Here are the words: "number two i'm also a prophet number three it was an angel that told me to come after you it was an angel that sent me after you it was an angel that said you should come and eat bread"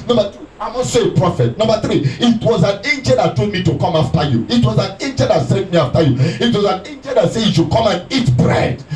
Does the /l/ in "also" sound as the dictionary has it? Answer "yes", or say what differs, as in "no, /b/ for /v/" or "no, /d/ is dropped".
no, /l/ is dropped